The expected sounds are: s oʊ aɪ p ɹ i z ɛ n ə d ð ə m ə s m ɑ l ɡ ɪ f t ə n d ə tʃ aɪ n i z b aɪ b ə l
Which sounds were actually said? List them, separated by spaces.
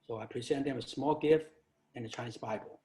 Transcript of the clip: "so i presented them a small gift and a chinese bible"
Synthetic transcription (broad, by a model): s oʊ aɪ p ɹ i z ɛ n ð ə m ə s m ɑ l ɡ ɪ f t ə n ə tʃ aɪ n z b aɪ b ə l